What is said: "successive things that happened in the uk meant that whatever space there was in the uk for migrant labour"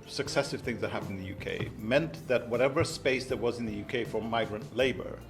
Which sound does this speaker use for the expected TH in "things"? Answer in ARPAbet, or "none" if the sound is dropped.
TH